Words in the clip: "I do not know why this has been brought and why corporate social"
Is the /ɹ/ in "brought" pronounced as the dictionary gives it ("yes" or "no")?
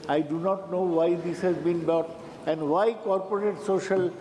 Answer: no